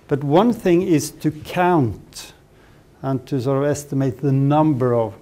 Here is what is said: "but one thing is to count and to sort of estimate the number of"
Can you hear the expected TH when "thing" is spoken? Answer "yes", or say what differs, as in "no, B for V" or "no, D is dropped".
yes